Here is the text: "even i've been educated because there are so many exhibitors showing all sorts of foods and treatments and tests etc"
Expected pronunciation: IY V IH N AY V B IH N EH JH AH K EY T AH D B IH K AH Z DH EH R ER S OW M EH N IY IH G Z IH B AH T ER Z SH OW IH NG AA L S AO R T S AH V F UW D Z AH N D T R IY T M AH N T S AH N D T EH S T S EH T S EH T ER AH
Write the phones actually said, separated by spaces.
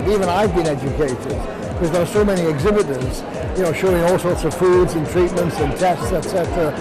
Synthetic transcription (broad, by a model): IY V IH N AY V B IH N EH JH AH K EY T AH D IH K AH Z DH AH R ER S OW M EH N IY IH G Z IH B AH T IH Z SH OW IH NG AA L S AO R T S AH V F UW D Z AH N T R IY T M AH N T S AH N T EH S T S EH T S EH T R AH